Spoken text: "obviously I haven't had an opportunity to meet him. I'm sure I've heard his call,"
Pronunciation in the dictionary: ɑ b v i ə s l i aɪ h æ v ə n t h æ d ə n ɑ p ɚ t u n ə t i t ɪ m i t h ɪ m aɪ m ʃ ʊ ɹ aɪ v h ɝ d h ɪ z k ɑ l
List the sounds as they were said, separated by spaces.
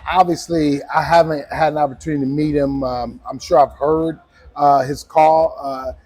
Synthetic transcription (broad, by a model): ɑ b v i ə s l i aɪ h æ v ə n t h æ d ə n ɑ p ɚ t u n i t ɪ m i t h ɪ m aɪ m ʃ ʊ ɹ aɪ v h ɝ d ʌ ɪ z k ɑ l